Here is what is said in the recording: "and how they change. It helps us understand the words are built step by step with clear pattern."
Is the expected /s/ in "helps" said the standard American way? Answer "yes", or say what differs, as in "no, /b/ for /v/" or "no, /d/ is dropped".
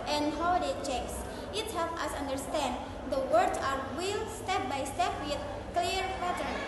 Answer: no, /s/ is dropped